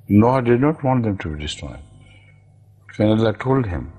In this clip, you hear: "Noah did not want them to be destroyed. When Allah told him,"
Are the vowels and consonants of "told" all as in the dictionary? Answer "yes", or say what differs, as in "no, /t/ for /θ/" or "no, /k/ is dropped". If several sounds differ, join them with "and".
yes